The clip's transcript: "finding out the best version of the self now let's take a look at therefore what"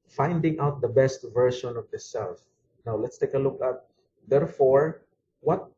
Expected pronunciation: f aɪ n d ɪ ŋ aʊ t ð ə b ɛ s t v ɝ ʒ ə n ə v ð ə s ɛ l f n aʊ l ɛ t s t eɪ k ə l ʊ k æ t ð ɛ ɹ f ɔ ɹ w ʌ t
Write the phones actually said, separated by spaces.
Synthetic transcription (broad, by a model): f aɪ n d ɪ ŋ aʊ t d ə b ɛ s t v ɝ ʃ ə n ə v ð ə s ɛ l f n aʊ l ɛ t s t eɪ k ə l ʊ k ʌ t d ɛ ɹ f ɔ ɹ w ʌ t